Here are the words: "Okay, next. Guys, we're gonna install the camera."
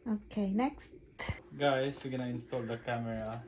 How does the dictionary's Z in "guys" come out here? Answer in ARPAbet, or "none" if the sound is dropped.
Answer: S